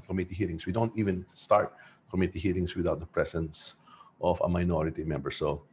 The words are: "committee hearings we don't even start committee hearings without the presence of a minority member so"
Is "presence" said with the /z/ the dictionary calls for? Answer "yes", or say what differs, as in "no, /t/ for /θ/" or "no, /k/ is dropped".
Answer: no, /s/ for /z/